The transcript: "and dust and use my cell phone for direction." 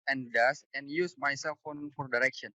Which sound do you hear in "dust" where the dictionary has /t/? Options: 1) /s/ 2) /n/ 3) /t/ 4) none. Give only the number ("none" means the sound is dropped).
4